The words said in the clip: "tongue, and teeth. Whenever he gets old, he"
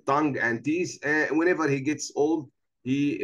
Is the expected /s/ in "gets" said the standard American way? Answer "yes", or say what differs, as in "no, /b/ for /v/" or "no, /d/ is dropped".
yes